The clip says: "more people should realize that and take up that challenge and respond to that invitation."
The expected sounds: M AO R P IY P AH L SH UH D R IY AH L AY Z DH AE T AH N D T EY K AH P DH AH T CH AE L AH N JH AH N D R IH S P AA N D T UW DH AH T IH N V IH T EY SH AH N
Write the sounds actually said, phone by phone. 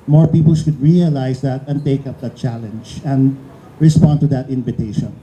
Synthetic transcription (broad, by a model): M AO R P IY P AH L SH UH D R IY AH L AY S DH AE T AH N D T EY K AH P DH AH T CH AE L AH N JH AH N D R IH S P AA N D T UW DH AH T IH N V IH T EY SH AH N